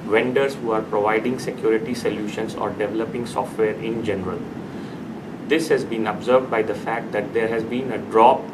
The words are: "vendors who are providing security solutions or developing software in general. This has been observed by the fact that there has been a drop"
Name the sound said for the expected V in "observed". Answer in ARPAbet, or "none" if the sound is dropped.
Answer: V